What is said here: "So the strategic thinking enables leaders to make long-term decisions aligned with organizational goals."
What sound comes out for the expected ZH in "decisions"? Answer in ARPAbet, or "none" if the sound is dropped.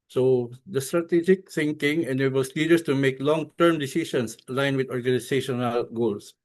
S